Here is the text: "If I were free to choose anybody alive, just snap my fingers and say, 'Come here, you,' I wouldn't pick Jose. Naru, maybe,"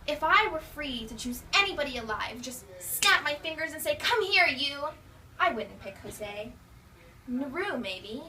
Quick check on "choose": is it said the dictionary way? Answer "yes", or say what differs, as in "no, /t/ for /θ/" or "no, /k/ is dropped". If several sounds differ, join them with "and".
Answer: yes